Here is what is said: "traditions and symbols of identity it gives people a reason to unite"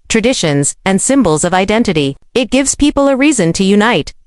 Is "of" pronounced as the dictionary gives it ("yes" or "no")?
yes